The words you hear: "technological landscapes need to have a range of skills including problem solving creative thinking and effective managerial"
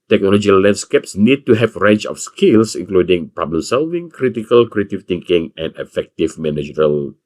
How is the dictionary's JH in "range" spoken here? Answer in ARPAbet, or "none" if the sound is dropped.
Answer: CH